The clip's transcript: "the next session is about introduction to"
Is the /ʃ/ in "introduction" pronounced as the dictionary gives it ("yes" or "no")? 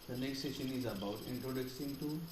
no